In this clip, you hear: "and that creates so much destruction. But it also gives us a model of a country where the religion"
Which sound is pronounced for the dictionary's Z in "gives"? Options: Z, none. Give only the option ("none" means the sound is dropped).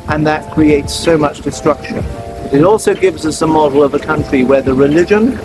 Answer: Z